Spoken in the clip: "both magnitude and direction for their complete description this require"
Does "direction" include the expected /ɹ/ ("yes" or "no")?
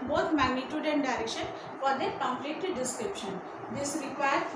yes